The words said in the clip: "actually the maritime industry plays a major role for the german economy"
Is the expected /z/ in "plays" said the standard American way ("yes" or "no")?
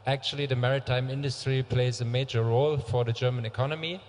yes